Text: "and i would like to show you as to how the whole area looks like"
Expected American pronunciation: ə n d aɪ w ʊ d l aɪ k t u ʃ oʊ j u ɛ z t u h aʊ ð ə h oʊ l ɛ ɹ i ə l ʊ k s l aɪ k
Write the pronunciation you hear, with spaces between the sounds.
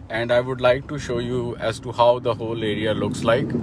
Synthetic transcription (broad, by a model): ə n d aɪ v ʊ d l aɪ k t u ʃ oʊ j u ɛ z t u h aʊ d ə h oʊ l ɛ ɹ i ə l ʊ k s l aɪ k